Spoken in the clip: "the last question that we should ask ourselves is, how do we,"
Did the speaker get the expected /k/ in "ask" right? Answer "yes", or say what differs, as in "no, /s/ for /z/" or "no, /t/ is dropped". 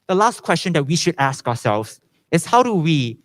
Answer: yes